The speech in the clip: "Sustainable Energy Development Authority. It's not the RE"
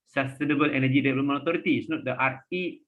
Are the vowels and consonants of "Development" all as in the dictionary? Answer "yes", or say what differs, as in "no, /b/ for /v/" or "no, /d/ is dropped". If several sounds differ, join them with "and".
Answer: no, /p/ is dropped and /t/ is dropped